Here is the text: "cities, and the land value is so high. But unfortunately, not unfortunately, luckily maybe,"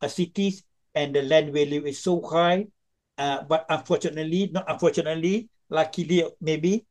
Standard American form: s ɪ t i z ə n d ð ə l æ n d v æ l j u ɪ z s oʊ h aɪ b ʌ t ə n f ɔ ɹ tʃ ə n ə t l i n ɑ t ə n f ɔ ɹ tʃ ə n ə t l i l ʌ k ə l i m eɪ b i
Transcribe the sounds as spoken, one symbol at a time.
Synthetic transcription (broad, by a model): s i t i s ə n d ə l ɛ n d w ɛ l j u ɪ s oʊ h aɪ b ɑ t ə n f ɔ tʃ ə n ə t l i n ɑ t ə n f ɔ tʃ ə n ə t l i l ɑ k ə l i m eɪ b i